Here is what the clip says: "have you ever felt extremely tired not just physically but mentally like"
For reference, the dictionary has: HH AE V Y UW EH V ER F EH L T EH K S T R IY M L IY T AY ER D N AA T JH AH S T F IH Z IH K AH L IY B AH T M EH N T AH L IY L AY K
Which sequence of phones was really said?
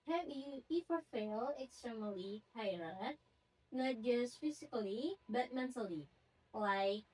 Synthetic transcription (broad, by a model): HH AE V Y UW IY F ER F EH L EH K S T R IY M L IY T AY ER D N AA T JH AH S T F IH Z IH K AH L IY B AH T M EH N T AH L IY L AY K